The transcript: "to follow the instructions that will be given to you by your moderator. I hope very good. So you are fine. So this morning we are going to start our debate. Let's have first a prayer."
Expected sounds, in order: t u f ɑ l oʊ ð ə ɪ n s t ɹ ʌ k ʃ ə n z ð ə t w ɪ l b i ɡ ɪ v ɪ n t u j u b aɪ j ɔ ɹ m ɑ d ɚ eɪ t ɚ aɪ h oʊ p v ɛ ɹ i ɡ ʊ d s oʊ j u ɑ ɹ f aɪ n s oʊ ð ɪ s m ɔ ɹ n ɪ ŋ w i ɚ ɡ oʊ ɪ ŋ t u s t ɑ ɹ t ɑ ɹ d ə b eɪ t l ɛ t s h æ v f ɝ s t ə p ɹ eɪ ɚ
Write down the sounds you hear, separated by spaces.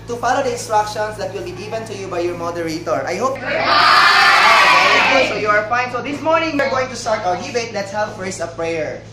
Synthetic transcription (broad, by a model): t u f ɑ l oʊ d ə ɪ n s t ɹ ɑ k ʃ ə n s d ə t w ɪ l b i ɡ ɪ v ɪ n t u j u b aɪ j ɔ ɹ m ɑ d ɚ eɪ t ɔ aɪ h oʊ p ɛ i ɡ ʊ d s oʊ j u ɑ ɹ f aɪ n s oʊ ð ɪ s m ɔ ɹ n ɪ ŋ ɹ ɡ oʊ ɪ ŋ t u s t ɑ ɹ t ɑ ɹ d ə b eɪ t l ɛ t s h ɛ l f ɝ s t ə p ɹ eɪ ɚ